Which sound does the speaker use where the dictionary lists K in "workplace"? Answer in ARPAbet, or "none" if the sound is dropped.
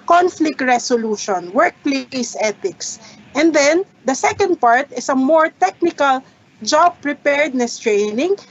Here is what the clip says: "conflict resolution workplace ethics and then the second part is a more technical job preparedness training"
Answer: K